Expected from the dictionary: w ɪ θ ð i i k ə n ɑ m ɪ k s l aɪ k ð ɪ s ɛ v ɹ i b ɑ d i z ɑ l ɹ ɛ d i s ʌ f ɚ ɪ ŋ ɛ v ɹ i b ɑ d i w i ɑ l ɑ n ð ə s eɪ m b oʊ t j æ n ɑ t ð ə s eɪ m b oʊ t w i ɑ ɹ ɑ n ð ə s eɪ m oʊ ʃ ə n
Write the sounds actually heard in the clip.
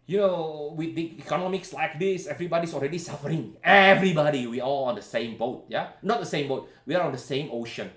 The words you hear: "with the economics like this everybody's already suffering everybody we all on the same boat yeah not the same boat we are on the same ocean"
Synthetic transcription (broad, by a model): w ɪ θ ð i i k ə n ɑ m ɪ k s l aɪ k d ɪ s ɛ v ɹ i b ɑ d i s ɑ l ɹ ɛ d i s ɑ f ɚ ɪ ŋ ɛ v ɹ i b ɑ d i w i ɑ l ɑ n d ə s eɪ m b oʊ t j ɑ n ɑ t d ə s eɪ m b oʊ t w i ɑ l ɑ n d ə s eɪ m oʊ ʃ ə n